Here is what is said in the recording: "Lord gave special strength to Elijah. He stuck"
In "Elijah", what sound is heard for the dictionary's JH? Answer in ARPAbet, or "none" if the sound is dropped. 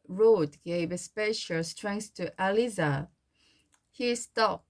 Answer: Z